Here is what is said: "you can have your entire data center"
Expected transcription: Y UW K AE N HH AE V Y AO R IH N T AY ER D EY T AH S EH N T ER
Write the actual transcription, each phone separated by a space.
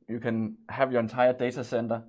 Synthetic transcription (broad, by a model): Y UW K AE N HH AE V Y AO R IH N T AY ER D EY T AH S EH N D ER